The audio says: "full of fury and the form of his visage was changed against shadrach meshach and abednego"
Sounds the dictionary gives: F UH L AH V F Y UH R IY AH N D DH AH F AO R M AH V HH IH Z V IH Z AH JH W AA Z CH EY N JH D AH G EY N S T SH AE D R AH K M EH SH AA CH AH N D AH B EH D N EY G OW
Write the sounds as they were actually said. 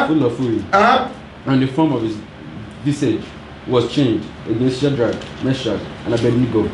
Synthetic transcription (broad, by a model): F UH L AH F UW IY IY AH N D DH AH F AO M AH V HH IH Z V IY S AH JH W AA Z CH EY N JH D AH G EY N S T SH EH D R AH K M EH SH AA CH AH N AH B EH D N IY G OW